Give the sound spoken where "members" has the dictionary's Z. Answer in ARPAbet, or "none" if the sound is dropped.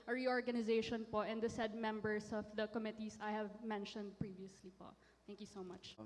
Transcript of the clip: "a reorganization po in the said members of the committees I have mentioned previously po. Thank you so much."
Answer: S